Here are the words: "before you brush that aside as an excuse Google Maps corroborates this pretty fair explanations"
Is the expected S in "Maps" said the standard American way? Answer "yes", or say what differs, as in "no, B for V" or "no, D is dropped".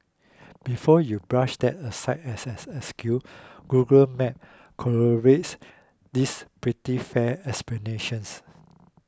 no, S is dropped